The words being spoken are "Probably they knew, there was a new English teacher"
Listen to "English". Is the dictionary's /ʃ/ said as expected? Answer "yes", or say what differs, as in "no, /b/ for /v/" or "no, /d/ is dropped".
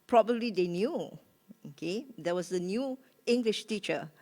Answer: yes